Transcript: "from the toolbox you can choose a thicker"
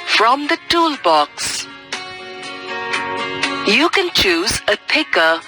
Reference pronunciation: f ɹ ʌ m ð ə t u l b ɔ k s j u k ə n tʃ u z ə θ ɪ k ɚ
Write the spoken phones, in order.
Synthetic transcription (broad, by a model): f ɹ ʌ m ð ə t u l b ɔ k s j u k ə n tʃ u z ə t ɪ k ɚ